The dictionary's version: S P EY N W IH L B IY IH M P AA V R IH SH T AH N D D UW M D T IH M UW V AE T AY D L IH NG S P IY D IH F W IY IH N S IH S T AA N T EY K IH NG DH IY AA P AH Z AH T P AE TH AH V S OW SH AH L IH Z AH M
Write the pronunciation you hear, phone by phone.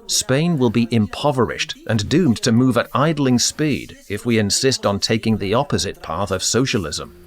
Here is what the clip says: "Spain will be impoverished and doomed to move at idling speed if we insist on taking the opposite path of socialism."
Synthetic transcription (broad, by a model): S P EY N W IH L B IY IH M P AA V R IH SH T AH N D D UW M T IH M UW V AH T AY D L IH NG S P IY D IH F W IY IH N S IH S T N T EY K IH NG DH IY AA P AH Z AH T P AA TH AH V S OW SH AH L IH Z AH M